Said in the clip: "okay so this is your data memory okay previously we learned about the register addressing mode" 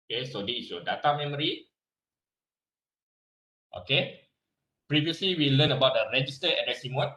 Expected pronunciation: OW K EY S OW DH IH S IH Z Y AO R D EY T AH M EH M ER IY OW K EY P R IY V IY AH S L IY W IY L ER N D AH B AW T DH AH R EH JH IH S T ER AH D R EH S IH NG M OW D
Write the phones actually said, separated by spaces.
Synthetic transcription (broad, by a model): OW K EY S OW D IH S Y AO D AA T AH M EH M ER IY OW K EY P R IY V IY AH S L IY W IY L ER N AH B AW T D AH R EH JH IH S T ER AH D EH S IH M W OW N